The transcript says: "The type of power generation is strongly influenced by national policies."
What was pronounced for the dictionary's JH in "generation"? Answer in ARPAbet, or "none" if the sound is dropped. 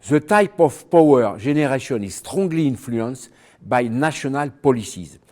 ZH